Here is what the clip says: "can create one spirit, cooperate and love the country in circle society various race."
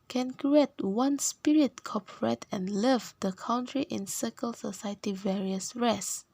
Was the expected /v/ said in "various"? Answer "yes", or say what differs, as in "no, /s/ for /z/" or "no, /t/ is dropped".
yes